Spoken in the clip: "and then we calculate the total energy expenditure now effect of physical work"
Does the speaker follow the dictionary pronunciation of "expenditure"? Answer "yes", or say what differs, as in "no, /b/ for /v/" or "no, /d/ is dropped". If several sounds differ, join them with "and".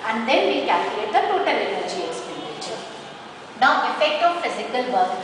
no, /k/ is dropped